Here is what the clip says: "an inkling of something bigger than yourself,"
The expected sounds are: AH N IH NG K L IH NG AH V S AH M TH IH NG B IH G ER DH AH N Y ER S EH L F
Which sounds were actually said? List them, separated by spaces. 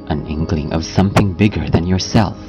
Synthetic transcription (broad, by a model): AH N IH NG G L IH NG AH V S AH M TH IH NG B IH G ER DH AH N Y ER S EH L F